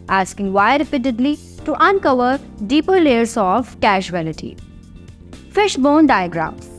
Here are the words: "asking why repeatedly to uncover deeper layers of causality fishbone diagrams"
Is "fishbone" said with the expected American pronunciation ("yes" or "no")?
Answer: yes